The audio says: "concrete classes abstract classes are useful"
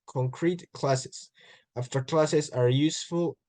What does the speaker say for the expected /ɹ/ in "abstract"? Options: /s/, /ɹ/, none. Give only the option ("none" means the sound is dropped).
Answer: none